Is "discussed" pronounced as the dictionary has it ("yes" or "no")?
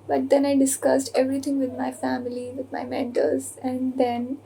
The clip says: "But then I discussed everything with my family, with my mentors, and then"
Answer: yes